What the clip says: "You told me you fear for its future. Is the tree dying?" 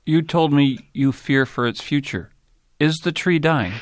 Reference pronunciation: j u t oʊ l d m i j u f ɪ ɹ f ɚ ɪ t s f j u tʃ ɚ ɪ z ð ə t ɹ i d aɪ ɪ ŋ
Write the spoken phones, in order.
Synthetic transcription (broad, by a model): j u t oʊ l d m i j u f ɪ ɹ f ɚ ɪ t s f j u tʃ ɚ ɪ z ð ə t ɹ i d aɪ ɪ ŋ